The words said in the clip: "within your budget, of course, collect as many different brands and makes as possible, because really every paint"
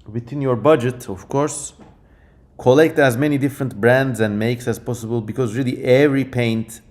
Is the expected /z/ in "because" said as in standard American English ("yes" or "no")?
yes